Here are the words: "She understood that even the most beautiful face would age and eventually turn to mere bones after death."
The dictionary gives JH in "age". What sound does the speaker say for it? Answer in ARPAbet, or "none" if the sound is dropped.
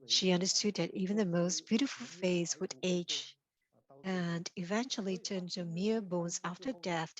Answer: CH